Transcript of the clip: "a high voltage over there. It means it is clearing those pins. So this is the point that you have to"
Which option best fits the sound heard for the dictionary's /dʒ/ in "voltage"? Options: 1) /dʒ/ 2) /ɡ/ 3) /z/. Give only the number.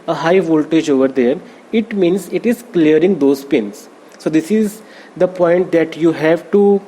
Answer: 1